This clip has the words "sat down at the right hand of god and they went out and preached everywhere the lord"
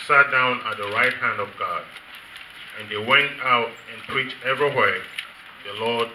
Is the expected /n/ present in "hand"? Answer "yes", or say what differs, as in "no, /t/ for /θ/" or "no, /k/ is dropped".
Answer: yes